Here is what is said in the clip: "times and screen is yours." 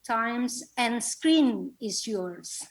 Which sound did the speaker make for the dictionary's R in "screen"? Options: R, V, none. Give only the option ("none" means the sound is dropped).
R